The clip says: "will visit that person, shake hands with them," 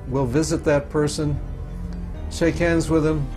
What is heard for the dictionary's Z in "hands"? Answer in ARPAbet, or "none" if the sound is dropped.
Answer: Z